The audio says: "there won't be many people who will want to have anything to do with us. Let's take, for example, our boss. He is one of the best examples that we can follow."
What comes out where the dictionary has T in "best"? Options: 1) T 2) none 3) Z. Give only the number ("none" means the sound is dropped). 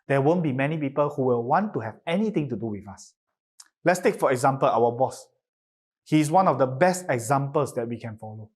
1